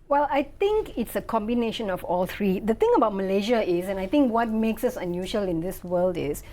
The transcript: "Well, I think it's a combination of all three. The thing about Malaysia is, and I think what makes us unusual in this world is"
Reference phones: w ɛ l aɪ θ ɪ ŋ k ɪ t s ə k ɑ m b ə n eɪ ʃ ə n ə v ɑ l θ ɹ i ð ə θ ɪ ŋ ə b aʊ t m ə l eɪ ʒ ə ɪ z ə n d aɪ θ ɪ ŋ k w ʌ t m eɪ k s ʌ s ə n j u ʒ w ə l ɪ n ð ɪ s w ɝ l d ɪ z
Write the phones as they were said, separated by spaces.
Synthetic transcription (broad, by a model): w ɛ l aɪ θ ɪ ŋ k ɪ t s ə k ɑ m b ə n eɪ ʃ ə n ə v ɑ l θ ɹ i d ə t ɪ ŋ ə b aʊ t m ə l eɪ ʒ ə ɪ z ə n aɪ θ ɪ ŋ k w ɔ t m eɪ k s ʌ s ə n j u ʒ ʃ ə l ɪ n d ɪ s w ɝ l d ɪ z